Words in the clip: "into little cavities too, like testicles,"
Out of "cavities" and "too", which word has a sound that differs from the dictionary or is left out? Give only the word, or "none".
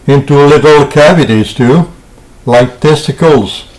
none